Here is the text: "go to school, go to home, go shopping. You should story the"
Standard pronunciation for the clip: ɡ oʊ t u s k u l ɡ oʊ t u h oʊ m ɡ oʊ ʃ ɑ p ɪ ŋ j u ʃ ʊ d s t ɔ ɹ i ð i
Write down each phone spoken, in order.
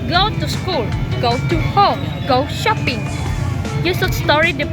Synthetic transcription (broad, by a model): ɡ oʊ t u s k u l ɡ oʊ t u h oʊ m ɡ oʊ ʃ ɑ p ɪ ŋ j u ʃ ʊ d s t ɔ ɹ i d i